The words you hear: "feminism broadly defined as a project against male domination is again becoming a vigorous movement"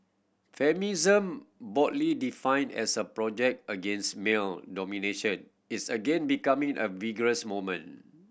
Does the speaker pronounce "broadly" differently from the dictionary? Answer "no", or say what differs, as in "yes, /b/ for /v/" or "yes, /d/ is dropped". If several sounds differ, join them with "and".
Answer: yes, /ɹ/ is dropped